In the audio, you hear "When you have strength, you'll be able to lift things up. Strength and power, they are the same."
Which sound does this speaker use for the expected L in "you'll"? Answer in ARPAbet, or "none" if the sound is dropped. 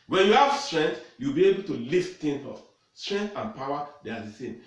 W